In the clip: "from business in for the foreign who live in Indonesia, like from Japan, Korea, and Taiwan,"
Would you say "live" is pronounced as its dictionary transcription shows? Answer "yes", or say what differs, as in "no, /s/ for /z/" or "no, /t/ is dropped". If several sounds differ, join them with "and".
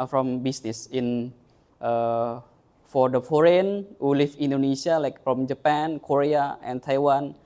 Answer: no, /f/ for /v/